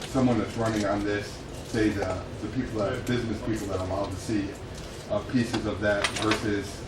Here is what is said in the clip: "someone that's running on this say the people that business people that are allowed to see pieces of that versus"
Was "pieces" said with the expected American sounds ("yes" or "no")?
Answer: yes